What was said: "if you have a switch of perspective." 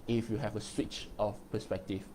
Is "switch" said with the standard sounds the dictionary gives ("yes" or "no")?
yes